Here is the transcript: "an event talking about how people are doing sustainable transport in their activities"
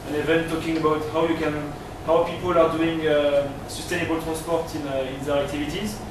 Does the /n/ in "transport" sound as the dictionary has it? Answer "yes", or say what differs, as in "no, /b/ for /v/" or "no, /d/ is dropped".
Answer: no, /n/ is dropped